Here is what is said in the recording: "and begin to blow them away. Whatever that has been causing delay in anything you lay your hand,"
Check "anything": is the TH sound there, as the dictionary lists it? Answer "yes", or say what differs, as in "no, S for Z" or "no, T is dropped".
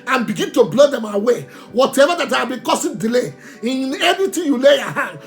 no, T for TH